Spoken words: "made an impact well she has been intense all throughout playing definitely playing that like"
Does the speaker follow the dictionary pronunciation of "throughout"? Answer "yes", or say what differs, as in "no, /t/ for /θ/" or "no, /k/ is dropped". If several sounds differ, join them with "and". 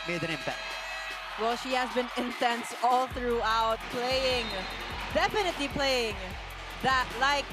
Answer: yes